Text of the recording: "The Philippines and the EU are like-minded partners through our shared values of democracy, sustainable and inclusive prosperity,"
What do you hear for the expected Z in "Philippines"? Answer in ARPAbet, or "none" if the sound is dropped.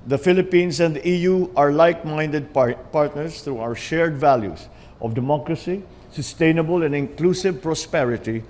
S